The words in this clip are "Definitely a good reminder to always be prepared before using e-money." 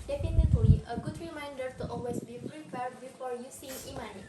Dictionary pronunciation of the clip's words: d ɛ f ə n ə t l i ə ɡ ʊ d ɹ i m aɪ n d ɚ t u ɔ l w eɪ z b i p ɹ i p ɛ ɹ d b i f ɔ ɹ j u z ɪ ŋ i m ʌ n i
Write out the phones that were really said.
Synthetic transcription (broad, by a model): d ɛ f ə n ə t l i ə ɡ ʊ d ɹ i m aɪ n d ɚ t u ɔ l w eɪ s b i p ɹ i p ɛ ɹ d b i f ɔ ɹ j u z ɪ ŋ i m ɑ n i